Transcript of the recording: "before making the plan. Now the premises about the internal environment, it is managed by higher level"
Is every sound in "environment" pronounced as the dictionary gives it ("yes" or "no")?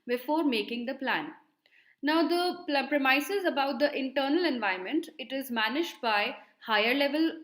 no